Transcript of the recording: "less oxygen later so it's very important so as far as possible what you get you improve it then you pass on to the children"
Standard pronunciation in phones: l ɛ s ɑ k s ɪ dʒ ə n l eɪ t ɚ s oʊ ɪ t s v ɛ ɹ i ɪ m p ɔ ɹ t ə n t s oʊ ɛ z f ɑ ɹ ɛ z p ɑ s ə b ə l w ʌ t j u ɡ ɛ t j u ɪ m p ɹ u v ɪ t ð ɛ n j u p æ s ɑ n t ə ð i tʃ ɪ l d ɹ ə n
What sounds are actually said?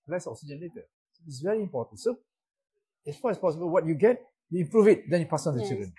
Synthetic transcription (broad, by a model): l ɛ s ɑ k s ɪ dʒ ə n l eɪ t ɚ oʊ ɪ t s v ɛ ɹ i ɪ m p ɔ t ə n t s oʊ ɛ s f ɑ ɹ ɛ s p ɑ s ə b ə l w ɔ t j u ɡ ɛ t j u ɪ p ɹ u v ɪ t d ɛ n j u p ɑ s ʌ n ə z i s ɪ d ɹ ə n